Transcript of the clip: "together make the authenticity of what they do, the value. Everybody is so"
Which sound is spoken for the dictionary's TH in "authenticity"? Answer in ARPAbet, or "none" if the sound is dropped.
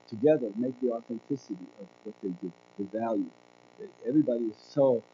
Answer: TH